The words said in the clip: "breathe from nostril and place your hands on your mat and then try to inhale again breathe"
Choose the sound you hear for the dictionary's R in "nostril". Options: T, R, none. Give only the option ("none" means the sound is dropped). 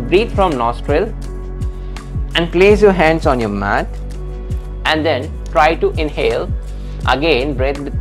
R